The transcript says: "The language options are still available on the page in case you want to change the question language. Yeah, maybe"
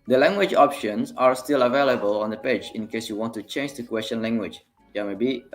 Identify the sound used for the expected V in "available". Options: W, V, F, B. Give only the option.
V